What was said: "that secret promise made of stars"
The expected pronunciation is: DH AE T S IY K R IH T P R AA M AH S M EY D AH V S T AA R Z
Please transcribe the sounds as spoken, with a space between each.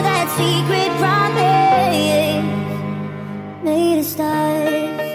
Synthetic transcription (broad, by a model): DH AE T S IY K R IH T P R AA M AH M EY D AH S T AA